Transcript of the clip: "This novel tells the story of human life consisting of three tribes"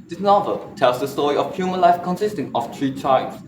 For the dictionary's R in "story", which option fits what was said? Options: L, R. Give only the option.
R